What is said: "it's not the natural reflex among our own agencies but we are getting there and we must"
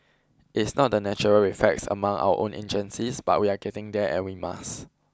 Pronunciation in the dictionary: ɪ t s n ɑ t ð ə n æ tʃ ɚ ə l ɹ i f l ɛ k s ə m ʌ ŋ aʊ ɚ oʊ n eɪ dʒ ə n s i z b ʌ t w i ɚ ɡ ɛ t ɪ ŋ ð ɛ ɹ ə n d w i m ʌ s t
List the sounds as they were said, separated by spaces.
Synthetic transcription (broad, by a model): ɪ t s n ɑ t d ə n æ tʃ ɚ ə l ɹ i f ɛ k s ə m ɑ ŋ aʊ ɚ oʊ n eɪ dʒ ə n s i s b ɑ t w i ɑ ɡ ɛ t ɪ ŋ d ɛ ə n w i m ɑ s